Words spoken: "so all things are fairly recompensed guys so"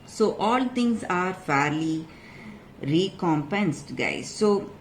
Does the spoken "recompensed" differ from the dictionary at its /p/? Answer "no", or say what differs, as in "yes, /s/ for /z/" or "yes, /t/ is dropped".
no